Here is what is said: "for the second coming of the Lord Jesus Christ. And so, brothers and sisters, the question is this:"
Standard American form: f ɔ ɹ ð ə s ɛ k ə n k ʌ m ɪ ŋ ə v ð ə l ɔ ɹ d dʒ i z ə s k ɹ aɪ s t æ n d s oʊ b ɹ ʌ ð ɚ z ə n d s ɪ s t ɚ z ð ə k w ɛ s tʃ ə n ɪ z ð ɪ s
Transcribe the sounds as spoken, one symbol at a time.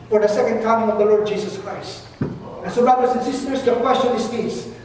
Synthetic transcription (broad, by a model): f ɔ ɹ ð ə s ɛ k ə n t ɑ ɪ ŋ ə v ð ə l ɔ ɹ d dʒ i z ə s k ɹ aɪ s t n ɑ s oʊ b ɹ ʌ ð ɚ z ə n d s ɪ s t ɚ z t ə k w ɛ s tʃ ə n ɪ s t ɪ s